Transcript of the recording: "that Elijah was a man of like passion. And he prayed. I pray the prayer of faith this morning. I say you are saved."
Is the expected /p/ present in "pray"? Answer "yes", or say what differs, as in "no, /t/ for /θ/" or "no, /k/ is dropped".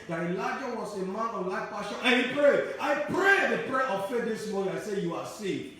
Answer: yes